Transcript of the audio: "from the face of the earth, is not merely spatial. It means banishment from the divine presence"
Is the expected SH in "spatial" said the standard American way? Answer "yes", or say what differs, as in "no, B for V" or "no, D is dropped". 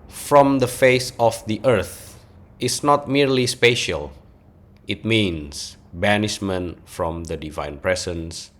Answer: yes